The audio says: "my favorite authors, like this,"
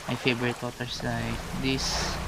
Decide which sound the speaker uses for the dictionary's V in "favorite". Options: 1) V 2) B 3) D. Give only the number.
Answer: 2